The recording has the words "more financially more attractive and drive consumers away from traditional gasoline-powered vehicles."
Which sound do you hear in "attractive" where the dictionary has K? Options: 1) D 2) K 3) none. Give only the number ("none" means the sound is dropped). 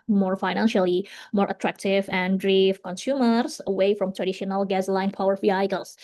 2